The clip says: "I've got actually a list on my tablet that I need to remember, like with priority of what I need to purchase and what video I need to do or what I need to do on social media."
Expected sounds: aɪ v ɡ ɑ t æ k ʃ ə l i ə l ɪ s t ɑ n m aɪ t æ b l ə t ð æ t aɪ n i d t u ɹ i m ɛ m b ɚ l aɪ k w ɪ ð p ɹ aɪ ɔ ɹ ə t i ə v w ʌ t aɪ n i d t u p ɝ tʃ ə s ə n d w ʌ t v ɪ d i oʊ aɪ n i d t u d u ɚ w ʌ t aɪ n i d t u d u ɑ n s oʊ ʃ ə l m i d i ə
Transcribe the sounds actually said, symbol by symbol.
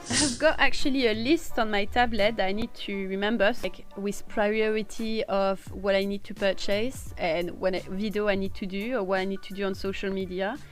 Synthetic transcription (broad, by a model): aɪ v ɡ ɑ t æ k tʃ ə l i ə l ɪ s t ɑ n m aɪ t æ b l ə t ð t aɪ n i d t u ɹ i m ɛ m b ɚ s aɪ k w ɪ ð p ɹ aɪ ɔ ɹ ə t i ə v w ʌ t aɪ n i d t u p ɝ tʃ ə s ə n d w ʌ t v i d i oʊ aɪ n i d t u d u ɚ w ʌ t aɪ n i d t u d u ɑ n s oʊ ʃ ə l m i d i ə